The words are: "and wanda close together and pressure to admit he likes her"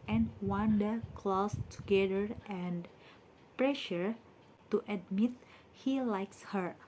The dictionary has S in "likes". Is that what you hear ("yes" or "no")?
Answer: yes